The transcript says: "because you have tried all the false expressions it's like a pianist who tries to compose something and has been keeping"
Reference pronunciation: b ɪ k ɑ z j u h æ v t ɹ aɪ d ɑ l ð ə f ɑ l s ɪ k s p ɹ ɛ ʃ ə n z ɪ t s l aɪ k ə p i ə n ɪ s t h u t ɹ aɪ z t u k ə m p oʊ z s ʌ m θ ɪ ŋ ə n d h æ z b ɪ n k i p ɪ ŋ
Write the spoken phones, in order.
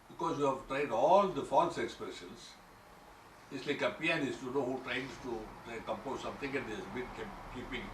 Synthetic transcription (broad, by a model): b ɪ k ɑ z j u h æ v t ɹ aɪ d ɑ l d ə f ɑ l s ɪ k s p ɹ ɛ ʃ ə n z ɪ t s l aɪ k ə p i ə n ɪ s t h u t ɹ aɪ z t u k ə m p oʊ z s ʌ m t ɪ ŋ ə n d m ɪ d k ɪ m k i p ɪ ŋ